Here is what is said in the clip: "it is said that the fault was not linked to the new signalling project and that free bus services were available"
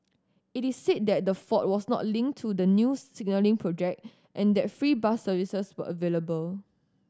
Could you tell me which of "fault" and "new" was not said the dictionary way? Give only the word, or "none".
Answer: fault